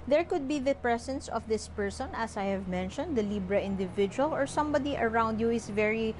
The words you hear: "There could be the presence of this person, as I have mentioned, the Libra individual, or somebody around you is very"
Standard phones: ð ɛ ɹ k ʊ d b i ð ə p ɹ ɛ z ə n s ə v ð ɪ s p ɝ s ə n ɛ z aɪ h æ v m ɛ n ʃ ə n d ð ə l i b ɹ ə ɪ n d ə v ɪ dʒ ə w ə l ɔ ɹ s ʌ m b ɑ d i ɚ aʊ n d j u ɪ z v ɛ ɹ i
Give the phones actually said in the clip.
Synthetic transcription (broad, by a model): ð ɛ ɹ k ʊ d b i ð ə p ɹ ɛ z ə n s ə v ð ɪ s p ɝ s ə n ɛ s aɪ h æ v m ɛ n ʃ ə n d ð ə l i b ɹ ə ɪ n d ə v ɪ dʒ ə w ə l ɔ ɹ s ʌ m b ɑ d i ɚ aʊ n d j u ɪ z v ɛ ɹ i